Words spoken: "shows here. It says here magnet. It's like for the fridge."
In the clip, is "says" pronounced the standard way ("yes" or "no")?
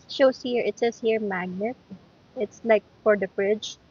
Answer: no